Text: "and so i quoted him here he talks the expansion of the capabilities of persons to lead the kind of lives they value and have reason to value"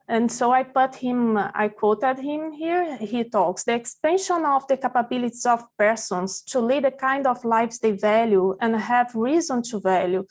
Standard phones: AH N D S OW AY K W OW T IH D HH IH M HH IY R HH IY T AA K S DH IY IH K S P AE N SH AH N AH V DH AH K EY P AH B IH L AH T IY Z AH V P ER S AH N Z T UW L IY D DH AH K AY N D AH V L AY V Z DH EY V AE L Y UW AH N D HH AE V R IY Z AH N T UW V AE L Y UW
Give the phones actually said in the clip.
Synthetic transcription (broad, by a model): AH N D S OW AY K W OW T IH D HH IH M HH IY R HH IY T AA K S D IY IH K S P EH N SH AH N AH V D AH K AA P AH B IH L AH T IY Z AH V P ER S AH N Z T UW L IY D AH K AY N D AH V L AY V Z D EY V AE L Y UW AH N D HH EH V R IY Z AH N T UW V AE L Y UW